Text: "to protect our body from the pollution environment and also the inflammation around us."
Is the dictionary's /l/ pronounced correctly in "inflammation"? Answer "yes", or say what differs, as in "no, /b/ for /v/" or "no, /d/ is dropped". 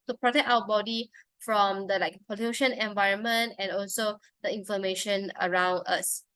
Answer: no, /l/ is dropped